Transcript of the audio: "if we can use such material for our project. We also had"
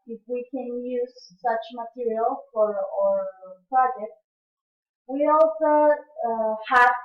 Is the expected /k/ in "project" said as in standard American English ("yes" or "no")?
no